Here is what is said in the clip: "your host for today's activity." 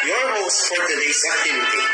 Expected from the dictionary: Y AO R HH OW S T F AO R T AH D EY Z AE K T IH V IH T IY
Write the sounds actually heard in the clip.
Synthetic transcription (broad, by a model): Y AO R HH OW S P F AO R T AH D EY S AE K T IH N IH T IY